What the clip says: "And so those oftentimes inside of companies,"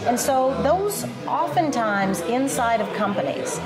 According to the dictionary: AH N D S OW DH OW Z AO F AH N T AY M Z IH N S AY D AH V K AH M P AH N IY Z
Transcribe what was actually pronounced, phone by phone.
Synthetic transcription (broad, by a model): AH N S OW DH OW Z AO F AH N T AY M Z IH N S AY D AH V K AH M P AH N IY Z